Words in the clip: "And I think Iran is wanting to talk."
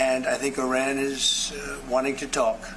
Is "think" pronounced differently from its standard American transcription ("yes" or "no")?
no